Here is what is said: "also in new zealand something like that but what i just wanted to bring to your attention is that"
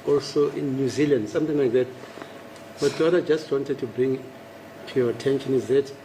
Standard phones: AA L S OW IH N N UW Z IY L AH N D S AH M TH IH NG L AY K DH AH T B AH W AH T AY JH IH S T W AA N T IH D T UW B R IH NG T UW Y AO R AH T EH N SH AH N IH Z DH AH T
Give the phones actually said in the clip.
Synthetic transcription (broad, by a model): AA L S OW IH N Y UW Z IY L AH N D S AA M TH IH NG L AY K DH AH T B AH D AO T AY JH IH S T W AA N T IH D T UW B R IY NG T UW Y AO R AH T EH N SH AH N IH Z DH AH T